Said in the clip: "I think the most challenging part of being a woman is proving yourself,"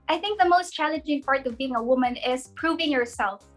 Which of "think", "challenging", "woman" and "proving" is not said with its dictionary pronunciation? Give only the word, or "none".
none